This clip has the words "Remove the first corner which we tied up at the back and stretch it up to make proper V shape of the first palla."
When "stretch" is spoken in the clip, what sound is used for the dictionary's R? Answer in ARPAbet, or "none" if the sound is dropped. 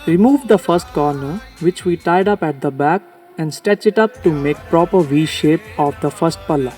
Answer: none